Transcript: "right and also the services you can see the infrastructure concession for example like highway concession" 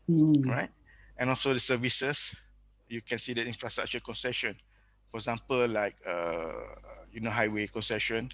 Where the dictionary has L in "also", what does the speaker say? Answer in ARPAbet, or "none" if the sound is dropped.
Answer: L